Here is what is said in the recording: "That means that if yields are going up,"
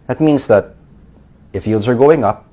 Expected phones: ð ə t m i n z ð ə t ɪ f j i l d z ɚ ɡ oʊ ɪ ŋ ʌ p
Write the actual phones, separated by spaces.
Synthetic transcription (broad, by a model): ð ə t m i n z ð ə t ɪ f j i l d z ɚ ɡ oʊ ɪ ŋ ʌ p